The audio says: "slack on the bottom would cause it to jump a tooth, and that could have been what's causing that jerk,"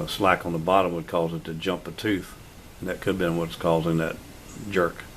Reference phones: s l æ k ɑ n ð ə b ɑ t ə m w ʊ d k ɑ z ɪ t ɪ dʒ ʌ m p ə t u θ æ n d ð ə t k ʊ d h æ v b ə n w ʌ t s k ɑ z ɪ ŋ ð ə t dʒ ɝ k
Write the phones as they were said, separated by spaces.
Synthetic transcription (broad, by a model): s l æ k n ð ə b ɑ t ə m w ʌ d k ɑ z ɪ t ɪ dʒ ʌ m p ə t u θ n ð ə t k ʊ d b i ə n w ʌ t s k ɑ z ɪ ŋ ð ə t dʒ ɝ k